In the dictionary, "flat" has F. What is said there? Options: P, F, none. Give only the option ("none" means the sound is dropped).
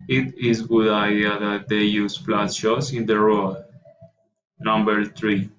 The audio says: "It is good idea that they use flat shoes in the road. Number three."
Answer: P